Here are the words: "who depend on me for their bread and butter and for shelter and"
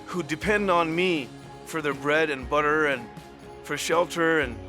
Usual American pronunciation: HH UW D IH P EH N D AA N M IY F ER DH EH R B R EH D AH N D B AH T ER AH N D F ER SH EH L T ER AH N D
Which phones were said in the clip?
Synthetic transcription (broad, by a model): HH UW D IH P EH N D N M IY F ER DH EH R B R EH D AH N B AH T ER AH N F ER SH EH L T ER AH N